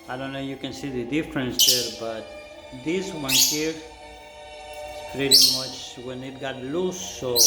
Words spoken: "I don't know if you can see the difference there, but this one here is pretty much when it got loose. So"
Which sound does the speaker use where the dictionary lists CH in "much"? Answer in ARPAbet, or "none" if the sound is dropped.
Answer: CH